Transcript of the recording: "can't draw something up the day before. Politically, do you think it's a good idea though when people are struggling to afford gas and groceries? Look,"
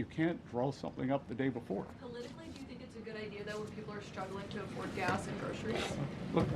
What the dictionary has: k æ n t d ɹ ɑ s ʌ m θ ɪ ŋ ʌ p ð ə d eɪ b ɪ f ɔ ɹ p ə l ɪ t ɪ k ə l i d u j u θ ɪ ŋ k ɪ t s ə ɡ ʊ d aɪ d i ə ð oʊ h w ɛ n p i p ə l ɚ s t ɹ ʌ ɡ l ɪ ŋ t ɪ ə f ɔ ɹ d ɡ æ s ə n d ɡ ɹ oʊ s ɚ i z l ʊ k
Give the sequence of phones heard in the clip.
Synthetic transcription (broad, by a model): k æ n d ɹ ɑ s ʌ m θ ɪ ŋ ʌ p ð ə d eɪ b ɪ f ɔ ɹ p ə l ɪ t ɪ k l i d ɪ j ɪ θ ɪ ŋ k ɪ t s ə ɡ ʊ d aɪ d i ə ð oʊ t w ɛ n p i p l ɚ s t ɹ ʌ ɡ l ɪ ŋ t ɪ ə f ɔ ɹ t ɡ æ s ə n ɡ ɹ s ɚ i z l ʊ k